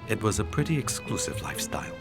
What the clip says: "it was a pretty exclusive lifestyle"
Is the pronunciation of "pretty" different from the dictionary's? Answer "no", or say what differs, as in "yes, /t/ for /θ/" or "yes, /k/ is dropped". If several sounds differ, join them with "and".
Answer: no